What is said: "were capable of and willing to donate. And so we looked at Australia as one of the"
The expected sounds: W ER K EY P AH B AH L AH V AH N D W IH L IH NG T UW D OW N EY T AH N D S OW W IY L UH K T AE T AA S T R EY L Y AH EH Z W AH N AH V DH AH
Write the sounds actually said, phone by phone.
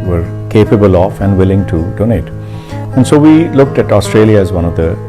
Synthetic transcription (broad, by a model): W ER K EY P AH B AH L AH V AH N D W IH L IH NG T UW D OW N EY T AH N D S OW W IY L UH K T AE T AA S T R EY L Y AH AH Z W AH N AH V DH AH